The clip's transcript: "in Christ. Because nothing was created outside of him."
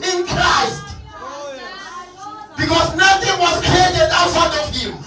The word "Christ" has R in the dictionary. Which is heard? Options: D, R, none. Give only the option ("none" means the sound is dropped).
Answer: R